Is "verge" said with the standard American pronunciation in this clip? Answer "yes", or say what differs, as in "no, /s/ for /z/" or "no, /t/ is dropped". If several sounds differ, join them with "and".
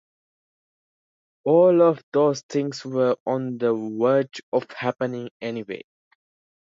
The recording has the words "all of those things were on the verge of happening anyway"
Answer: no, /w/ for /v/